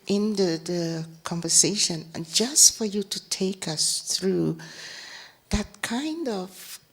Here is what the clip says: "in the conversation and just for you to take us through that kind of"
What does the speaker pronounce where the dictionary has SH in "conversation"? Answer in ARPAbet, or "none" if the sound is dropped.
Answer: none